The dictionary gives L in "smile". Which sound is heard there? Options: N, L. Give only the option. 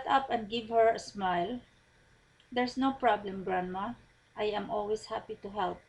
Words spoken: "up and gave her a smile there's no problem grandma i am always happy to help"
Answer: L